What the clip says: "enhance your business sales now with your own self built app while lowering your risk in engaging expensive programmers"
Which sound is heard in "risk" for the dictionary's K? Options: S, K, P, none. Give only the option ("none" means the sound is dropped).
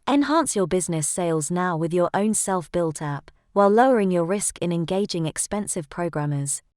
K